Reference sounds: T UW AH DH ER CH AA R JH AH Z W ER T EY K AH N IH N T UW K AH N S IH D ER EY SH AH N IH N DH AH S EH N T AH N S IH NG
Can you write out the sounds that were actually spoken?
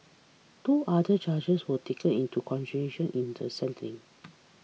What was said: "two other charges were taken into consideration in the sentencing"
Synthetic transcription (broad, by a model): T UW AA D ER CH AA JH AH S W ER T EY K AH N IH N T UW K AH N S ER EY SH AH N IH N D AH S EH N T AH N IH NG